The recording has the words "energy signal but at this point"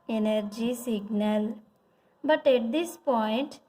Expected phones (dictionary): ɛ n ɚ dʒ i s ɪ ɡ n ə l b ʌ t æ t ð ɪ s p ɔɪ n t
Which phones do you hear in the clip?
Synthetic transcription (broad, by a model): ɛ n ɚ dʒ i s ɪ ɡ n ə l b ʌ t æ t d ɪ s p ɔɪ n t